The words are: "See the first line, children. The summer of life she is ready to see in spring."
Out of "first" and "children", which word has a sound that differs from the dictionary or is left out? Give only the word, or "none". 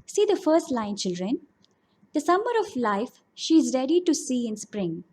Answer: none